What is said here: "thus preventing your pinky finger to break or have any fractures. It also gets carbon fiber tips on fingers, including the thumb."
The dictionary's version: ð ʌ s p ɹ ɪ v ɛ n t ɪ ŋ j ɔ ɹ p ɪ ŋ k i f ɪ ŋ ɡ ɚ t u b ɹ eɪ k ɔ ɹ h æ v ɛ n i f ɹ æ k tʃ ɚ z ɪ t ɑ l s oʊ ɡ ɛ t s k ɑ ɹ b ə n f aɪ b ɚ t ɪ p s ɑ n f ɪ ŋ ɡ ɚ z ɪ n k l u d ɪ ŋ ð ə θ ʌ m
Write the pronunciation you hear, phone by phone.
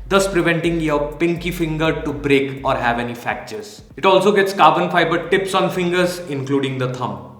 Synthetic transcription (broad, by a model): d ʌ s p ɹ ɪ v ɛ n t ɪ ŋ j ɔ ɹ p ɪ ŋ k i f ɪ ŋ ɡ ɚ t u b ɹ eɪ k ɔ ɹ h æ v ɛ n i f æ k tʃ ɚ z ɪ t ɑ l s oʊ ɡ ɛ t s k ɑ ɹ b ə n f aɪ b ɚ t ɪ p s ɑ n f ɪ ŋ ɡ ɚ z ɪ n k l u d ɪ ŋ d ə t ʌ m